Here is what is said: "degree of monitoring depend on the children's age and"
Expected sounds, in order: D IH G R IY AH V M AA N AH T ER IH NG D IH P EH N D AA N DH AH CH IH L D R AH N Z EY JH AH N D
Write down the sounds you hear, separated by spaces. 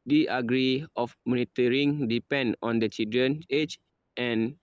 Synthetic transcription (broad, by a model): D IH G R IY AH F M AA N AH T ER IH NG D IH P EH N D AA N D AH CH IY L D R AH N EY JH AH N